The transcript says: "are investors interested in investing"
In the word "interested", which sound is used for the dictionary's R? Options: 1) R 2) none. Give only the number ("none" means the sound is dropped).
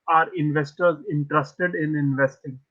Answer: 1